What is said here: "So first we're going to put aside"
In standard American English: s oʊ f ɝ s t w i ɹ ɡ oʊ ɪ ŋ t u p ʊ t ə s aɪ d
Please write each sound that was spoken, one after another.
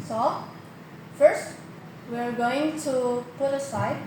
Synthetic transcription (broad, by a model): s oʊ f ɝ s t w i ɹ ɡ oʊ ɪ ŋ t u p ʊ t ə s aɪ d